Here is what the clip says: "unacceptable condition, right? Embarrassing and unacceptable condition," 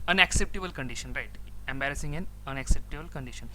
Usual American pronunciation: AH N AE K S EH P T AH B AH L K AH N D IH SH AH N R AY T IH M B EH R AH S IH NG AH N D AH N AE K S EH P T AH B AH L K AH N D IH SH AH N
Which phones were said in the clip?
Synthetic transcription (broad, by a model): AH N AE K S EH P T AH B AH L K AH N D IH SH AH N R AY T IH M B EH R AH S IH NG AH N AH N AE K S EH P T AH B AH L K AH N D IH SH AH N